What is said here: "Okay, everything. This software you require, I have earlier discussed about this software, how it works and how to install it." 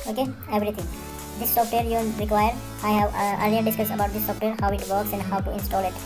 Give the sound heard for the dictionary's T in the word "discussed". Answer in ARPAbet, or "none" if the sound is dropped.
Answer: none